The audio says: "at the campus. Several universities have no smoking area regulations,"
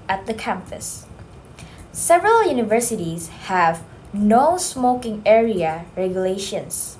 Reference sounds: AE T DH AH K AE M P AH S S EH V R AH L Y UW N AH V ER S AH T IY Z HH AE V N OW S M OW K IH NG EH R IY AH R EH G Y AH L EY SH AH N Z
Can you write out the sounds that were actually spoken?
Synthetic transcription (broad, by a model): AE T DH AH K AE M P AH S S EH V R AH L Y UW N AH V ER S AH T IY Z HH AE V N OW S M OW K IH NG EH R IY AH R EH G Y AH L EY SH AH N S